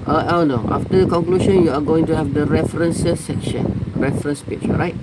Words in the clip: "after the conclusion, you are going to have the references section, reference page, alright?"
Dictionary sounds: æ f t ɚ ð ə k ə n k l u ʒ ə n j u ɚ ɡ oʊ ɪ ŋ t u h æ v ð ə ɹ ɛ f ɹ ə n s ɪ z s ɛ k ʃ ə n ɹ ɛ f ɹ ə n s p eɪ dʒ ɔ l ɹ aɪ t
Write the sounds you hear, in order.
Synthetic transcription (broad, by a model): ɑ f t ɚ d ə k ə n k l u ʃ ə n j u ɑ ɡ oʊ ɪ ŋ t u h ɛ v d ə ɹ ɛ f ɹ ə n s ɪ s ɛ k ʃ ə n ɹ ɛ f ɹ ə n s p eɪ tʃ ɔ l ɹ aɪ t